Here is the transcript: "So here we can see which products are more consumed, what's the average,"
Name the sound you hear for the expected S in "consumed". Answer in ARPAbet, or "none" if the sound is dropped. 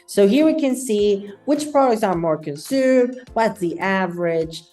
S